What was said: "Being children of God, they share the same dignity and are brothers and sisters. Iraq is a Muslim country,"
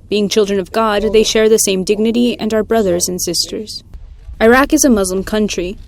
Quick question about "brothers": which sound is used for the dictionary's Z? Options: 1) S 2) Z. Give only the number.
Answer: 2